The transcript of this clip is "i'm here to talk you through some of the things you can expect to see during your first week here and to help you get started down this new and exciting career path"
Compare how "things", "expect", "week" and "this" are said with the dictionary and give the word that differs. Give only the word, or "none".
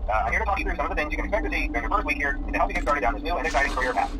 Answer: expect